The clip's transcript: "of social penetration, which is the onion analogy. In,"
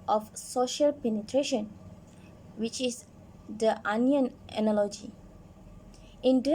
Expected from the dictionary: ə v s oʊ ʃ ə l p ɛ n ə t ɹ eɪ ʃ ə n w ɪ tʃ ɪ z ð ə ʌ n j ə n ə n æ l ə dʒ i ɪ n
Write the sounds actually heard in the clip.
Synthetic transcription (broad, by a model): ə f s oʊ ʃ ə l p ɛ n ə t ɹ eɪ ʃ ə n w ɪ tʃ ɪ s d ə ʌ n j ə n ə n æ l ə dʒ i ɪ n